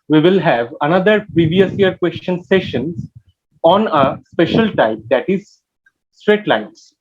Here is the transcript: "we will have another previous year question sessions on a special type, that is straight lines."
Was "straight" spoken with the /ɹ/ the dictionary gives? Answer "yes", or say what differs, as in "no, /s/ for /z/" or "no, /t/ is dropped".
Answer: yes